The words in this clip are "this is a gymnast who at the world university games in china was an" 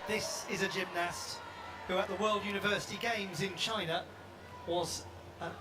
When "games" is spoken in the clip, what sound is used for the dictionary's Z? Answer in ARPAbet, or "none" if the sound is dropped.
Z